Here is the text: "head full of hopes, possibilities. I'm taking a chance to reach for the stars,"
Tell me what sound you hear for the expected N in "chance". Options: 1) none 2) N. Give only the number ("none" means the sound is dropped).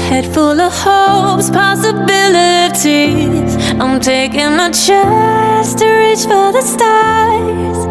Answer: 1